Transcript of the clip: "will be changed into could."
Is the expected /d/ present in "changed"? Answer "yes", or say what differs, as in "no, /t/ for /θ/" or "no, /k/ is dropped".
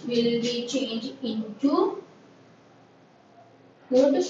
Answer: no, /d/ is dropped